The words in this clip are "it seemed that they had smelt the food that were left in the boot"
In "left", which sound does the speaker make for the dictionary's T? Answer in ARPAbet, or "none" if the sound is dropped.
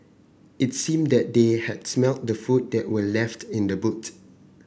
T